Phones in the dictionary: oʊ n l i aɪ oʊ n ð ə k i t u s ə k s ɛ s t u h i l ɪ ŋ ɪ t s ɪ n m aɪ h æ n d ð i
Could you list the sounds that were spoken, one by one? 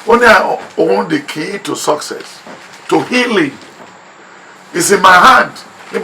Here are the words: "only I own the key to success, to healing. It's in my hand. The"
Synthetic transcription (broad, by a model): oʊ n aɪ oʊ n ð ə k i t u s ə k s ɛ s t u h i l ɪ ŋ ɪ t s ɪ n m aɪ h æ n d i